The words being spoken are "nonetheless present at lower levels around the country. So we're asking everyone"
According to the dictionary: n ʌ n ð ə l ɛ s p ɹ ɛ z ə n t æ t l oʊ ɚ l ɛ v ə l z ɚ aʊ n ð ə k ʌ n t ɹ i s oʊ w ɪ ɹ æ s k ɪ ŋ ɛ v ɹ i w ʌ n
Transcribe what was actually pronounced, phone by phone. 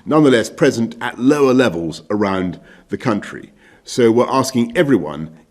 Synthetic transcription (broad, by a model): n ʌ n ð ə l ɛ s p ɹ ɛ z ə n t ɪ t l oʊ ɚ l ɛ v ə l z ɚ aʊ n ð ə k ʌ n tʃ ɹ i s oʊ w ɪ ɹ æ s k ɪ ŋ ɛ v ɹ i w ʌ n